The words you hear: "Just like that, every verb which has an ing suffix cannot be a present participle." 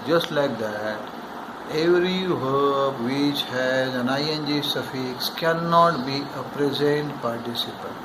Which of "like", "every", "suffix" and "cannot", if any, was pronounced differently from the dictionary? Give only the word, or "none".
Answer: none